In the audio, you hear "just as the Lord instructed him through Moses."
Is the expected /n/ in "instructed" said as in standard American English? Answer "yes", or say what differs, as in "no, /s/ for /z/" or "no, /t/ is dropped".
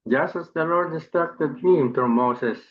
no, /n/ is dropped